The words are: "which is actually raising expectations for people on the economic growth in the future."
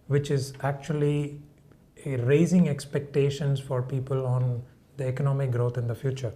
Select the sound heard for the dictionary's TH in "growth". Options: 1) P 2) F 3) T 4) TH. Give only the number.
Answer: 3